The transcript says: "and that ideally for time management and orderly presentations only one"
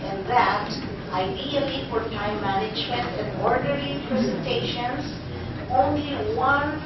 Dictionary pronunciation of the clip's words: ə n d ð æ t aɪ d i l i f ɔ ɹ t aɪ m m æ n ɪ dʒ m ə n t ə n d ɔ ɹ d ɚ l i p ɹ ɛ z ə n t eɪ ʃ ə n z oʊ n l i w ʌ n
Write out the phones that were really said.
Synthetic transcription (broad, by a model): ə n ð æ t aɪ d i l i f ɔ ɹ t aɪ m m æ n ɪ dʒ m ə n t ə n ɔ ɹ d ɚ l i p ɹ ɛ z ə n t eɪ ʃ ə n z oʊ n l i w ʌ n